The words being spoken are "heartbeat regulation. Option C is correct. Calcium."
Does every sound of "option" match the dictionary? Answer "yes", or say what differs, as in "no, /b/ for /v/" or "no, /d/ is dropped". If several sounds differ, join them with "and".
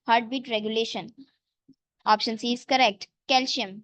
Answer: yes